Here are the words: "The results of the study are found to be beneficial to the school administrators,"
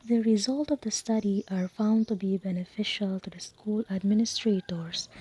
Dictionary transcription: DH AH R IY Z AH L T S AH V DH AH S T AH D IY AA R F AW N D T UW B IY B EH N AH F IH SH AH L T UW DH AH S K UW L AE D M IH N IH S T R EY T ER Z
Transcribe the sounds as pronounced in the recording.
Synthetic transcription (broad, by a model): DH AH R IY Z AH L T AH V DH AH S T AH D IY AA R F AW N D T UW B IY B EH N AH F IH SH AH L T UW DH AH S K UW L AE D M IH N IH S T R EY T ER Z